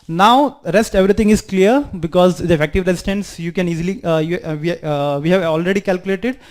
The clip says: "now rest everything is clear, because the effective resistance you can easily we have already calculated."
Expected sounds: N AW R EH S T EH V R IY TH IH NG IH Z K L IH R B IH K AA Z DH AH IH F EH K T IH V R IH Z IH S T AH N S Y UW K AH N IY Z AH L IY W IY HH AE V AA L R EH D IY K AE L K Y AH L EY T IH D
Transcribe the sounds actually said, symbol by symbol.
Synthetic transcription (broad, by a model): N AW R EH S T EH V R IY T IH NG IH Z K L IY R B IH K AA Z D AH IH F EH K T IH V R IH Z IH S T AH N S Y UW K AH N IY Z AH L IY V IY HH AE V AA L R EH D IY K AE L K Y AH L EY T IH D